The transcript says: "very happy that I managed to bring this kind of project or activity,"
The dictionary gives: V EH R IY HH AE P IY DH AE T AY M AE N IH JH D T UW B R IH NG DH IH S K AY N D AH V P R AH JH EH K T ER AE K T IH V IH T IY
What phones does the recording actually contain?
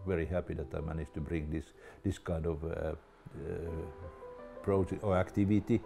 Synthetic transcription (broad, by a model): V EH R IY HH AE P IY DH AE T AY M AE N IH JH T UW B R IH NG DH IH S K AY N D AH V P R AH UH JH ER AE K T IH V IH T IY